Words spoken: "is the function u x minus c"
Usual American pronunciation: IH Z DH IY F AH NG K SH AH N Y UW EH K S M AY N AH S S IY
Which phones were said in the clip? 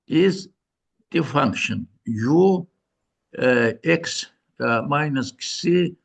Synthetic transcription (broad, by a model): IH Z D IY F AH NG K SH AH N Y UW EH K S M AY N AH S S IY